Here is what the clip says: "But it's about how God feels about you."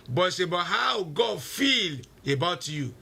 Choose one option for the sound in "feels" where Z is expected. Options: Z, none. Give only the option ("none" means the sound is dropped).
none